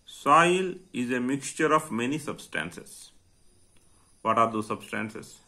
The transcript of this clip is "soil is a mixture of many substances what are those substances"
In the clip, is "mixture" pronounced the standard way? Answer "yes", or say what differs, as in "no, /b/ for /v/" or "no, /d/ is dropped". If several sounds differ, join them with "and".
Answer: yes